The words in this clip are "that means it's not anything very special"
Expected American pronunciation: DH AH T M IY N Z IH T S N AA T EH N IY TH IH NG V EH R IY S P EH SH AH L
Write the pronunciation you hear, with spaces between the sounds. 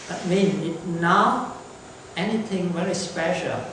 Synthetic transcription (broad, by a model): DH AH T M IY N IH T N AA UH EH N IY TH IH NG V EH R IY S P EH SH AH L